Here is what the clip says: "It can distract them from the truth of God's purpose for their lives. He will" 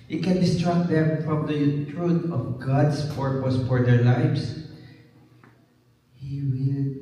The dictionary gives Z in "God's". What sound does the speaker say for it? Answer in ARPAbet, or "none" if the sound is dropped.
S